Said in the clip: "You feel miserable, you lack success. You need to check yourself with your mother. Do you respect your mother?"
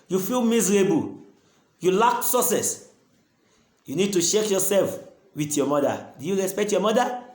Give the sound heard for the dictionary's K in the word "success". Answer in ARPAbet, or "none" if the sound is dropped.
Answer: none